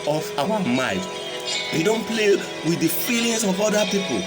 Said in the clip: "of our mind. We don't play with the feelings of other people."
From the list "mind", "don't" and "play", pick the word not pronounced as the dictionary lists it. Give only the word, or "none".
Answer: mind